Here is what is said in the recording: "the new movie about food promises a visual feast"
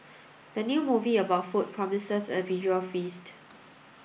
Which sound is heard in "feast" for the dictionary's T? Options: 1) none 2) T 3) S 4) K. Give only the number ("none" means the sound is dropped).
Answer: 2